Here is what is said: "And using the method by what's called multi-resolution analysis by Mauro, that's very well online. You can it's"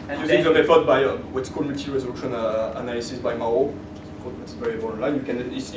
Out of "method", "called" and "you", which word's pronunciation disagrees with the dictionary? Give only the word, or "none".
method